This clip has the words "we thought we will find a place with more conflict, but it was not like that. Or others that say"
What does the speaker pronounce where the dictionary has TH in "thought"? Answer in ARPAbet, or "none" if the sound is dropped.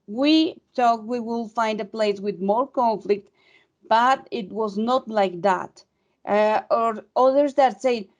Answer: T